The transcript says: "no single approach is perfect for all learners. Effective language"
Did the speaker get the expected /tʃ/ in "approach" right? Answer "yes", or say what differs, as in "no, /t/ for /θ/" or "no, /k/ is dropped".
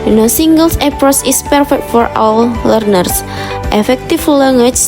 no, /s/ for /tʃ/